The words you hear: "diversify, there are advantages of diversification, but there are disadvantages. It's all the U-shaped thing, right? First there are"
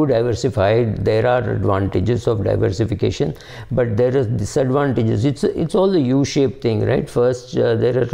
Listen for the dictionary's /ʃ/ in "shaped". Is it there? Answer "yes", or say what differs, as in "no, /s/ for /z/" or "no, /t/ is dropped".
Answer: yes